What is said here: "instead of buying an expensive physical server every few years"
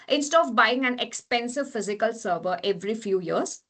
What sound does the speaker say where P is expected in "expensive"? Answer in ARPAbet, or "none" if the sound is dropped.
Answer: P